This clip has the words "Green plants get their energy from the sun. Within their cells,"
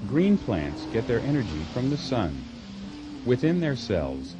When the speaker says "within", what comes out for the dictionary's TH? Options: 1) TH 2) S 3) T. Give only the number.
1